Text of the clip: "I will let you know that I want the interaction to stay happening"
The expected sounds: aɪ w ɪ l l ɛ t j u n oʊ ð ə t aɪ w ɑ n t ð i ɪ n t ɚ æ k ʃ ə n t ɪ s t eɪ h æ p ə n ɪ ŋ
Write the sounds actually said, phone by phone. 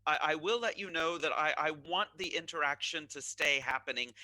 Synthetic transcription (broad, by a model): aɪ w ɪ w l ɛ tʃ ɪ n oʊ ð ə t aɪ w ɑ n ð i ɪ n t ɚ æ k ʃ ə n t ɪ s t eɪ h æ p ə n ɪ ŋ